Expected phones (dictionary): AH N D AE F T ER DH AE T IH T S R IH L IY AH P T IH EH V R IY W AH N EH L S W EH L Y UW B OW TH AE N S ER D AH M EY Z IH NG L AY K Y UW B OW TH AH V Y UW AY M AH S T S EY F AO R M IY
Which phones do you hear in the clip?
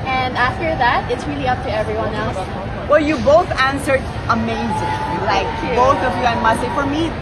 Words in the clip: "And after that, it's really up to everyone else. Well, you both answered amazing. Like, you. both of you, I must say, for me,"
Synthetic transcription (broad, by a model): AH N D AE F T ER DH AE T IH T S R IH L IY AH P T IH EH V R IY W AH N EH L S W EH L Y UW B OW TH AE N S ER D AH M EY Z IH NG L AY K B OW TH AH V Y UW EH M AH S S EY F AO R M IY